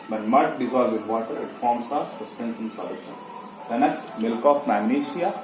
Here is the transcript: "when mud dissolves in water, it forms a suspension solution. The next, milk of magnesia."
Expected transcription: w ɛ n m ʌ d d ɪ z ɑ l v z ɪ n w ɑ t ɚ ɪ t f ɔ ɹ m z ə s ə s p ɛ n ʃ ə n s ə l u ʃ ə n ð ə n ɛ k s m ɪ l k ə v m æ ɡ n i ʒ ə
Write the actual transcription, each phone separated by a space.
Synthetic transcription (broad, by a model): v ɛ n m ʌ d d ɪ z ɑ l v ɪ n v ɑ t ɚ ɪ t f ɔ ɹ m s ə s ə s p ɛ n s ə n s ə l u ʃ ə n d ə n ɛ k s m ɪ l k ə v m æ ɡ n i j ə